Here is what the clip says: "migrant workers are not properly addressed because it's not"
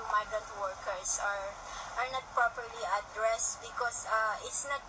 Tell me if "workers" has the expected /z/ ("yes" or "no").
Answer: no